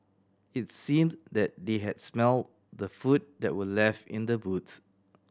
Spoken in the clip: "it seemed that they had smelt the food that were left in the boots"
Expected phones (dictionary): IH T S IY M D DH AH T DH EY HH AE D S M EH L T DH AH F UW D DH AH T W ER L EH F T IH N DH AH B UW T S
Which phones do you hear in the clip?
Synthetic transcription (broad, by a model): IH T S IY M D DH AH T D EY HH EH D S M EH L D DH AH F UW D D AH T W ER L EH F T IH N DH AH B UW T